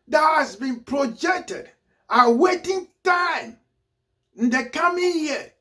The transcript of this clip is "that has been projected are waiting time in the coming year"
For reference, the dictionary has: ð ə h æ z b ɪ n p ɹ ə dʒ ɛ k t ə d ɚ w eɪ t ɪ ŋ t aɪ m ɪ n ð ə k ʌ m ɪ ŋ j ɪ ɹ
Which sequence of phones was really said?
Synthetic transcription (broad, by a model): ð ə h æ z b ɪ n p ɹ ə dʒ ɛ k t ə d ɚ w eɪ t ɪ ŋ t aɪ m ɪ n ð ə k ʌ m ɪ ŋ j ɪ